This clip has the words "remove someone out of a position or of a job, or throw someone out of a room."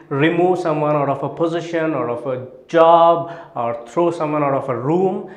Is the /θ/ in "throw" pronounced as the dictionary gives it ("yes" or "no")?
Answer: no